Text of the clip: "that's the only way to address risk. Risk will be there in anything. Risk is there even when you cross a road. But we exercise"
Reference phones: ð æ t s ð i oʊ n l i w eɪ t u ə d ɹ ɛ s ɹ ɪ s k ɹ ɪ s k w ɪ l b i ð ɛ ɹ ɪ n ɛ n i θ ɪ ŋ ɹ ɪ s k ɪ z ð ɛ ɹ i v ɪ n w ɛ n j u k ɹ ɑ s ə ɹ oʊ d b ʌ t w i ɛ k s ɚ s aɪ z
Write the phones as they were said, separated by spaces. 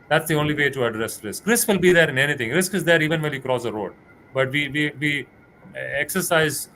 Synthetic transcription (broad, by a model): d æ t s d i oʊ n l i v eɪ t u ə d ɹ ɛ s ɹ ɪ s k ɹ ɪ s k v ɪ l b i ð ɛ ɹ ɪ n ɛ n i t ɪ ŋ ɹ ɪ s k ɪ z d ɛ ɹ i v ɪ n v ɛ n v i k ɹ ɑ s ə ɹ oʊ d b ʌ t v i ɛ k s ɚ s aɪ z